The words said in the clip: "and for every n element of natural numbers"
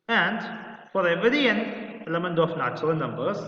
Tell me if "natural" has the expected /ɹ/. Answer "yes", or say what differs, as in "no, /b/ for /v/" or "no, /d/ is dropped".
no, /ɹ/ is dropped